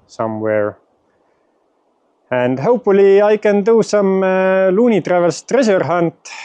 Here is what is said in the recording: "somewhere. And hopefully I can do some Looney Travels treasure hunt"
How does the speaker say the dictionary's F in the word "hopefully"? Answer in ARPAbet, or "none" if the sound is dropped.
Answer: none